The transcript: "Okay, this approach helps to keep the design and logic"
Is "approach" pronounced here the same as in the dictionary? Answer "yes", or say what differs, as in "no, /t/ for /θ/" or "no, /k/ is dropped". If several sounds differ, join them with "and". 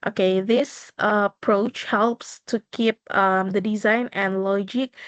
yes